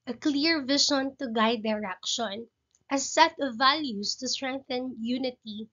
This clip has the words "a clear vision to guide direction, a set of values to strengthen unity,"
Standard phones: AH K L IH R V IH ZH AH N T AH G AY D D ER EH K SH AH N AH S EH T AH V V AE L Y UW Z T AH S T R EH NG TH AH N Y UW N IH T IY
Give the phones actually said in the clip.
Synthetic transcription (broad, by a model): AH K L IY R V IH SH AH N T AH G AY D D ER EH K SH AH N AH S EH T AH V V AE L Y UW S T AH S T R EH NG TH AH N Y UW N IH T IY